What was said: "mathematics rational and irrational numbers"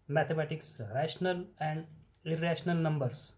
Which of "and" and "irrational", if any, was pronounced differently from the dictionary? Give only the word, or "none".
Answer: none